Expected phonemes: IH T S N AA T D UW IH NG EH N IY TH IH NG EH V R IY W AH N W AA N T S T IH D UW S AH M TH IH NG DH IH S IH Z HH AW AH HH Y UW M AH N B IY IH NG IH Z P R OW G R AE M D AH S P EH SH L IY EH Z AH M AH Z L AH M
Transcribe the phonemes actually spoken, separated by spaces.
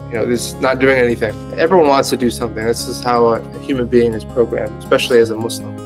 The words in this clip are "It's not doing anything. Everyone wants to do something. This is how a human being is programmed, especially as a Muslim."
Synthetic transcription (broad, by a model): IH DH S N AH T D UW IH NG EH N IY TH IH NG EH V R IY W AH N W AA N T S T IH D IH S AH M TH IH NG DH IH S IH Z HH AW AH HH Y UW M AH N B IY IH NG IH Z P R OW G R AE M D AH S P EH SH L IY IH Z AH M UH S L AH M